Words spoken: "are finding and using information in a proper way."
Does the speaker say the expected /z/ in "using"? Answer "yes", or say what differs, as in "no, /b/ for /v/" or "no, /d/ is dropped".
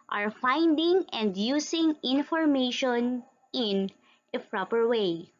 no, /s/ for /z/